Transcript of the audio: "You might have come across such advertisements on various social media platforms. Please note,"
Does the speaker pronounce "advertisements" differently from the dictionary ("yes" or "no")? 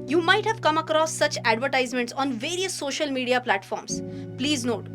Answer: no